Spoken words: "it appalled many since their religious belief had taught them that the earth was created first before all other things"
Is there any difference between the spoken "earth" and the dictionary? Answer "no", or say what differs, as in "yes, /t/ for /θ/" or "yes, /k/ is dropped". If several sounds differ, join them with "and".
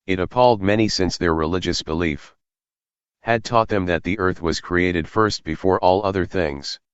no